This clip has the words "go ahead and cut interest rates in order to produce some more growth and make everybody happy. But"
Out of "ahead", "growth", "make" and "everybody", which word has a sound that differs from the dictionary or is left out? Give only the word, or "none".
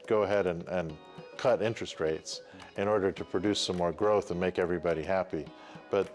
none